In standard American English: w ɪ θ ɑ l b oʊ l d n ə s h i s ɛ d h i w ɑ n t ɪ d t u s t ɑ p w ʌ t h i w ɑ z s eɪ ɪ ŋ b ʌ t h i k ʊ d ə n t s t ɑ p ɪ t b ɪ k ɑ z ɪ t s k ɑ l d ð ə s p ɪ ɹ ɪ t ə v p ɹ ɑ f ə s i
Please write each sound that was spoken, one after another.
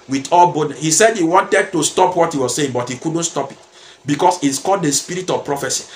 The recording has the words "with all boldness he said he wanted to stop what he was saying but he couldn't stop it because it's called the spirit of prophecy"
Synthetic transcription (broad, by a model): w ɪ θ ɑ l b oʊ d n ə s h i s ɛ d h i w ɑ n t ɪ d t u s t ɑ p w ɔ t h i w ɑ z s eɪ ɪ ŋ b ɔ t h i k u d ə n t s t ɑ p ɪ t b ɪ k ɑ s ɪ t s k ɑ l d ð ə s p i ɹ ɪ t ə v p ɹ ɑ f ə s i